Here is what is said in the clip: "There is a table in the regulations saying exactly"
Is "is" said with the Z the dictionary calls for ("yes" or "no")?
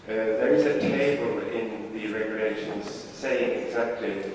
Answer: yes